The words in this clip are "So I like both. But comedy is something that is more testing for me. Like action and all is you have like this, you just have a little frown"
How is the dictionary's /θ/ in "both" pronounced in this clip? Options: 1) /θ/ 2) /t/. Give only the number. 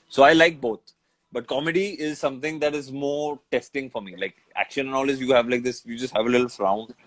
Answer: 2